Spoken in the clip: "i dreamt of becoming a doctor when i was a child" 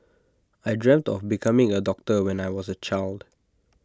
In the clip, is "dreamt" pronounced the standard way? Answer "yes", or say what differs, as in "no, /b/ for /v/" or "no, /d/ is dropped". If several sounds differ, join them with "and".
yes